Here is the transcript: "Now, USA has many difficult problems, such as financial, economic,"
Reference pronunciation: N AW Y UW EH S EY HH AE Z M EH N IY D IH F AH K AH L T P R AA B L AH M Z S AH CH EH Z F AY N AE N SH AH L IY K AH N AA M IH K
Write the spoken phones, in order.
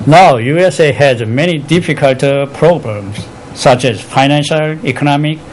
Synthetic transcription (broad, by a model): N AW Y UW EH S EY HH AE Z M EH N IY D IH F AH K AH L T P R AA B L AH M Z S AH CH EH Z F AY N AE N SH AH L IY K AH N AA M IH K